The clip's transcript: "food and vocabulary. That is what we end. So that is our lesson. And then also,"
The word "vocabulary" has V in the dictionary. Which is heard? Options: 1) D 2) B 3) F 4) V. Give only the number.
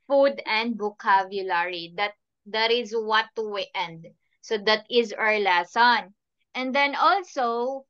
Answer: 2